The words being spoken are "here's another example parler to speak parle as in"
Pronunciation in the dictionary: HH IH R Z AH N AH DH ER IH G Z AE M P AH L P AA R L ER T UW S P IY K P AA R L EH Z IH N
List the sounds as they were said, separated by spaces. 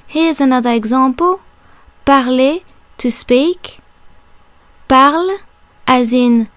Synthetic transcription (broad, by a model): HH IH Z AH N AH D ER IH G Z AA P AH P AA R L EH T UW S P IY K P AA R L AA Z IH N